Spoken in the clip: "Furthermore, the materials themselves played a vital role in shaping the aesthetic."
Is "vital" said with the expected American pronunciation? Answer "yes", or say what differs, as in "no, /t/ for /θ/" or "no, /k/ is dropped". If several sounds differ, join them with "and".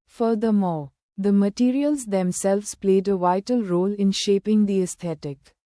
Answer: yes